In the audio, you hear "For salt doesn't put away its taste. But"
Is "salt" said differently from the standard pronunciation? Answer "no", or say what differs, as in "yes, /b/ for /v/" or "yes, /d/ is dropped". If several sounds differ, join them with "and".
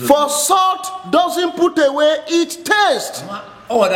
yes, /l/ is dropped